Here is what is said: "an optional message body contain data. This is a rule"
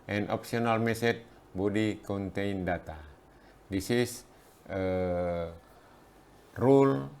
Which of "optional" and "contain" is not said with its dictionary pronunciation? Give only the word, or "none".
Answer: optional